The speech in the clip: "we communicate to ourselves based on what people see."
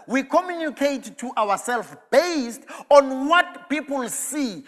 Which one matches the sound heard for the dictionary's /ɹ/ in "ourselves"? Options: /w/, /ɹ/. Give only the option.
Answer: /w/